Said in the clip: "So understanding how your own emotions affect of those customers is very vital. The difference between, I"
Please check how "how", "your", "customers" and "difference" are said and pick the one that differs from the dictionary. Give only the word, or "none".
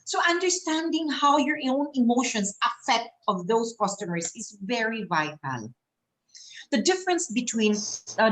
customers